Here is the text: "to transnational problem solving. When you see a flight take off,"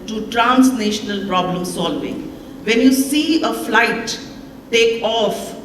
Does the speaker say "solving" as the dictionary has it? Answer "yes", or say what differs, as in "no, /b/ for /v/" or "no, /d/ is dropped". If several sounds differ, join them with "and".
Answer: yes